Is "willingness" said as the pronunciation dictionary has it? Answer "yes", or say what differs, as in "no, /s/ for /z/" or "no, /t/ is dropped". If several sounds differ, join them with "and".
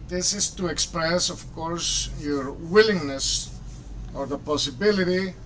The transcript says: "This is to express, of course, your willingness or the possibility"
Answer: yes